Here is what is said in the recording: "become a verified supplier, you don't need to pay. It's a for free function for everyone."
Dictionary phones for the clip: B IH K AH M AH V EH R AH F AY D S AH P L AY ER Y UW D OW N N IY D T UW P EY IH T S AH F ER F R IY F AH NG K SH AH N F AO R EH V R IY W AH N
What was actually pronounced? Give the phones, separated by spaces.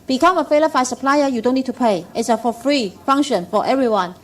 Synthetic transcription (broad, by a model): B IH K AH M AH F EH L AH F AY S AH P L AY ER Y UW D OW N N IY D T UW P EY IH T S AH F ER F R IY F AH NG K SH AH N F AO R EH V R IY W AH N